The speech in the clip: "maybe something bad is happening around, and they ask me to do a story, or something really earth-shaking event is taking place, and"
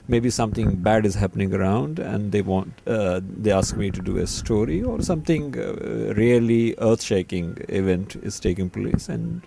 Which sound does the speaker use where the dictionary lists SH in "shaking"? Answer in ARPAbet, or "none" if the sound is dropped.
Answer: SH